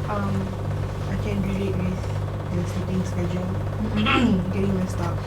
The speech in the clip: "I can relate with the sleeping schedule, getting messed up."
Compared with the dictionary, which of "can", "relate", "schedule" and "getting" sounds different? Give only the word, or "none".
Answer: relate